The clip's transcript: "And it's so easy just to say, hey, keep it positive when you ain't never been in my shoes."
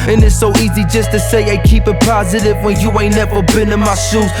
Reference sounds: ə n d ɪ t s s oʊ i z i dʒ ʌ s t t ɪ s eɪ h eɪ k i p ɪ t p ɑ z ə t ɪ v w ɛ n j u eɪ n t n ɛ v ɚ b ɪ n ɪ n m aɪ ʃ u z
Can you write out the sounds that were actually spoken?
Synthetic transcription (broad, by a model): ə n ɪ t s s oʊ i z i dʒ ʌ s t t ɪ s eɪ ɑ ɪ k i p ɪ t p ɑ z ə t ɪ v w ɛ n j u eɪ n n ɛ v ɚ b ɪ n ɪ n m aɪ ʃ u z